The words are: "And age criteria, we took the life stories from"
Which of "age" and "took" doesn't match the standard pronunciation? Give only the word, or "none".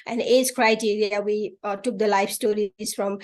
age